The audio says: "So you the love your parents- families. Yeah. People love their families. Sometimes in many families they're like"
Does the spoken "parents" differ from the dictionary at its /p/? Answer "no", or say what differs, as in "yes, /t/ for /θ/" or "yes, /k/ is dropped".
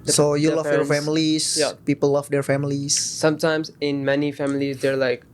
yes, /f/ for /p/